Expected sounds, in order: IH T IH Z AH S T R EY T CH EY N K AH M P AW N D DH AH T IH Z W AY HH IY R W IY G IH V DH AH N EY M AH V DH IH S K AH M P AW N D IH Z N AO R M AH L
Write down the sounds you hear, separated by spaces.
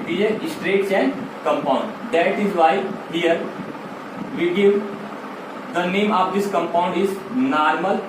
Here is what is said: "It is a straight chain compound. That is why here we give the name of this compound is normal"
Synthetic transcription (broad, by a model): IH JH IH AH S T R EY T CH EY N K AH M P AW N D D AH T IH Z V AY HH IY R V IY G IH V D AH N EY M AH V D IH S K AH M P AW N D IH Z N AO R M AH L